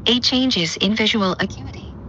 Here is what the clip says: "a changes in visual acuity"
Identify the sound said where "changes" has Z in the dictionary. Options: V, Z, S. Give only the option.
Z